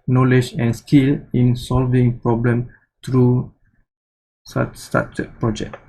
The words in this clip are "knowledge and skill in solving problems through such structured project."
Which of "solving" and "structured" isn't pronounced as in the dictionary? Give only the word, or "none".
structured